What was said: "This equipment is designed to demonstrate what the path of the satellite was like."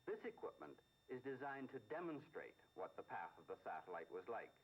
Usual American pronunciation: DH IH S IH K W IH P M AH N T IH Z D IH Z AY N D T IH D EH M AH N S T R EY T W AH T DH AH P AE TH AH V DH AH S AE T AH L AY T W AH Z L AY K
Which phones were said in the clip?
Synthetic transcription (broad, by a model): DH IH S IH K W IH P M AH N T IH Z D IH Z AY N T IH D EH M AH N S T R EY T W AH T DH AH P AE TH AH V DH AH S AE T AH L AY T W AH Z L AY K